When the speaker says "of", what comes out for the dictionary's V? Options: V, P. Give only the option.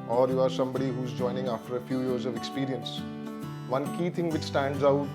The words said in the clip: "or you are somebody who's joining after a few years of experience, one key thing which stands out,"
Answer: V